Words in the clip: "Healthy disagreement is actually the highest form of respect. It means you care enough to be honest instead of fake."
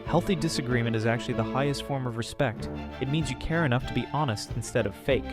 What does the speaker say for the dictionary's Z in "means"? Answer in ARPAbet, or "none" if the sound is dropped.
Z